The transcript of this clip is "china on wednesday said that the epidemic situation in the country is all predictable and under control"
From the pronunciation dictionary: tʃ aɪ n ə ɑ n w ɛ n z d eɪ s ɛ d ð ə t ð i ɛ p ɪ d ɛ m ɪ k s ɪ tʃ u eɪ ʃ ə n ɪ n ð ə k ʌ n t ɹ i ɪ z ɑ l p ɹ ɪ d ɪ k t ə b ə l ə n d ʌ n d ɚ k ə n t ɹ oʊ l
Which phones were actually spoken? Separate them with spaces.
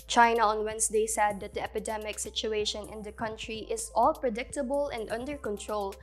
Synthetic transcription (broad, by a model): tʃ aɪ n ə ɑ n w ɛ n s d eɪ s ɛ d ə t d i ɛ p ɪ d ɛ m ɪ k s ɪ tʃ u eɪ ʃ ə n ɪ n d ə k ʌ n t ɹ i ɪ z ɑ l p ɹ ɪ d ɪ k t ə b ə l ə n d ʌ n d ɚ k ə n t ɹ oʊ l